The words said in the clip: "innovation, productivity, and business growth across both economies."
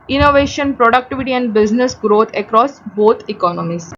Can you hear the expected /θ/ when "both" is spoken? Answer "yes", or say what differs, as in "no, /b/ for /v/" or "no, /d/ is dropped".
no, /t/ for /θ/